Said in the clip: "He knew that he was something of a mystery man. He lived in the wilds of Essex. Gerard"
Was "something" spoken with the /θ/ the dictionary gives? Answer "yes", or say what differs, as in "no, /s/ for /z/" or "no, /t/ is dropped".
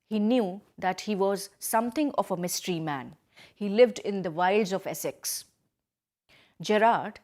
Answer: no, /t/ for /θ/